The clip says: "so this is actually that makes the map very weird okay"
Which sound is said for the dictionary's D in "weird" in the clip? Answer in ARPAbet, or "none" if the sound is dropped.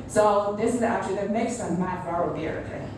none